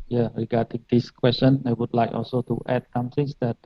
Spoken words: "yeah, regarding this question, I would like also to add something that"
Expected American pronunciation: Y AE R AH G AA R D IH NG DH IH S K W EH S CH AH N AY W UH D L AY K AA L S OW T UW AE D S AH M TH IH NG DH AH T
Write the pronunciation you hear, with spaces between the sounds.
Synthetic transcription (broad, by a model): Y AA R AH G AA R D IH NG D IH S K W EH S CH AH N AY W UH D L AY K AA L S OW T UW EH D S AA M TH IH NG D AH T